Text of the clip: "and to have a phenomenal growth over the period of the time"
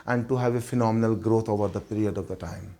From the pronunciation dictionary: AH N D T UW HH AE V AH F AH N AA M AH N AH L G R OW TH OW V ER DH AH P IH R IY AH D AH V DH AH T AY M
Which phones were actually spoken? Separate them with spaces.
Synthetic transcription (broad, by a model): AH N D T UW HH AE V AH F AH N AA M AH N AH L G R OW T OW V ER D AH P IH R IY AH D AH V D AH T AY M